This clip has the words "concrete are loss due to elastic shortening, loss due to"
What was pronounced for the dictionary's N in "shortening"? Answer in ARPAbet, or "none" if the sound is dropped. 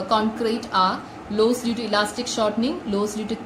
N